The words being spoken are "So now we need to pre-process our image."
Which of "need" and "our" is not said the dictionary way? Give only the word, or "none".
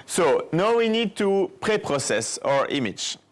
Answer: none